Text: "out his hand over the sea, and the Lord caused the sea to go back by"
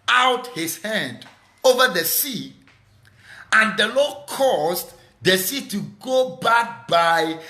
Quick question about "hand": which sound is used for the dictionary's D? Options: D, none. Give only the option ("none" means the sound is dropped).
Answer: D